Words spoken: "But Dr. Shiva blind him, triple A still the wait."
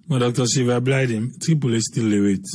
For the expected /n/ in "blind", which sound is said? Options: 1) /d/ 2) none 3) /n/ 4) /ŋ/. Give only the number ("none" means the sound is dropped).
2